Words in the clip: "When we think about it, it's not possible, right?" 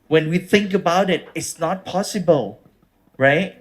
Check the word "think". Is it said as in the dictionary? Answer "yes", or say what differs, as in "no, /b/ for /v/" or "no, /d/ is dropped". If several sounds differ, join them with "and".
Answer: yes